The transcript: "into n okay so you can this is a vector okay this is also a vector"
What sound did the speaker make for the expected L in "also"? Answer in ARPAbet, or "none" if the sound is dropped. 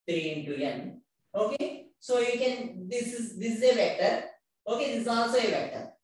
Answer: none